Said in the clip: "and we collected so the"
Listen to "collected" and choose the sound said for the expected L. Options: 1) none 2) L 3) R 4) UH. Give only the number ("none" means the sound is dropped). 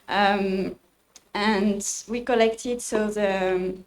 2